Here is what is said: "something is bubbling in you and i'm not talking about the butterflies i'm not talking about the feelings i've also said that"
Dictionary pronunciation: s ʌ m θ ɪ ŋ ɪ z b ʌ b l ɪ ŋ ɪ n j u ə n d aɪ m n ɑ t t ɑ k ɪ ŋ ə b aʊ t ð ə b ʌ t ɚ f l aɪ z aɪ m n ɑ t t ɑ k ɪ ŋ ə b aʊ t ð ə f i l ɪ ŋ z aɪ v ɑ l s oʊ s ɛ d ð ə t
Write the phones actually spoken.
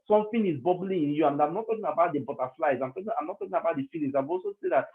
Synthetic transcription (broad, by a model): s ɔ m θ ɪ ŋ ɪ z b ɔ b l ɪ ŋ ɪ n j u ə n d aɪ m n ɑ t t ɑ k ɪ ŋ ə b aʊ t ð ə b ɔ t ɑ f l aɪ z aɪ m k ɑ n t ɑ k ɪ ŋ ə b aʊ t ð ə f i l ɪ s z aɪ v ɑ l s oʊ s ɛ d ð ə t